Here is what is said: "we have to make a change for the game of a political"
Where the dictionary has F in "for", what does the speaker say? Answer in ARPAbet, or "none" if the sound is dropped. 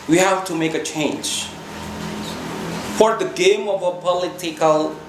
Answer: F